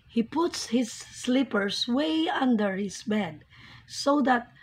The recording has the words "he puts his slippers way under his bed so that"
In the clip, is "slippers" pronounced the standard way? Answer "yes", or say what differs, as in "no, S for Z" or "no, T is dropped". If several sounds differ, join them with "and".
no, S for Z